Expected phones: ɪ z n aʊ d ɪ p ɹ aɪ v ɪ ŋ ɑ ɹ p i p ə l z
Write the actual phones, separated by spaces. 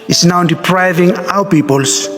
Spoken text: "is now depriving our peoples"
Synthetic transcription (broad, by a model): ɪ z n aʊ d ɪ p ɹ aɪ v ɪ ŋ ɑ w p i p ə l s